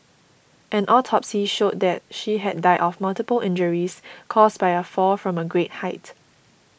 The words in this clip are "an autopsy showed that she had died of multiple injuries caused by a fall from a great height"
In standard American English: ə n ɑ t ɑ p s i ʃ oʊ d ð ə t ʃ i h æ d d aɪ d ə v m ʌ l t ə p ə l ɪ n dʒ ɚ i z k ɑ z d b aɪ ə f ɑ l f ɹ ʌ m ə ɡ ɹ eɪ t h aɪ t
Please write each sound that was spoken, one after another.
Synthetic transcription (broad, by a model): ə n ɑ t ɑ p s i ʃ oʊ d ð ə t ʃ i h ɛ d d aɪ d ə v m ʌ l t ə p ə l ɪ n dʒ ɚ i s k ɑ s b aɪ ə f ɑ f ɹ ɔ m ə ɡ ɹ eɪ t h aɪ t